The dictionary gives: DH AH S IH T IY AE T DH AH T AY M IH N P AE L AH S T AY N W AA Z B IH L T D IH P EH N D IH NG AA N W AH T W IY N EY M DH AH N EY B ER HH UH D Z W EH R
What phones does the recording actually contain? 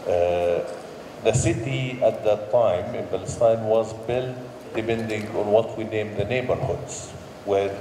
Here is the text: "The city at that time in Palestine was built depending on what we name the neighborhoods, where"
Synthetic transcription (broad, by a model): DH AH S IH T IY AE T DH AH T AY M IH N B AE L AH S T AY N W AA Z B IH L T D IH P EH N D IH NG AA N W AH T W IY N EY M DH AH N EY B ER HH UH D Z W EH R